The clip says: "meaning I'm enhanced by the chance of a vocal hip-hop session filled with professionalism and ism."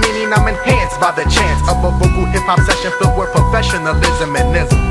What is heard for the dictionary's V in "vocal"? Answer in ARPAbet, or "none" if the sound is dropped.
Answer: F